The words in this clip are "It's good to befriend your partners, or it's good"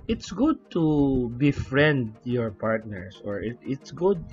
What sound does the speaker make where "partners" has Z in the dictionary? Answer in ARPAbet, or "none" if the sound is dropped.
S